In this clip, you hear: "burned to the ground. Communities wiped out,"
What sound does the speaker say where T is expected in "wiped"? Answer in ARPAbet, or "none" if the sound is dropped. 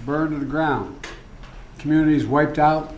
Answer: T